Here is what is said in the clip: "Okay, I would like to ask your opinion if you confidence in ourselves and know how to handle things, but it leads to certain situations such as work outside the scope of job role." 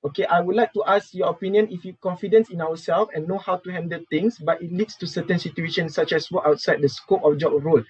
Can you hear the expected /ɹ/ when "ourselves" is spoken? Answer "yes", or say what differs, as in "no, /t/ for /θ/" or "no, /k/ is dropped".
no, /w/ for /ɹ/